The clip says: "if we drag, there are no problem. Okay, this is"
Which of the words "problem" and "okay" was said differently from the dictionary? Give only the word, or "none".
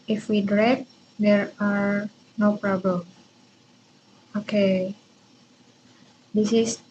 none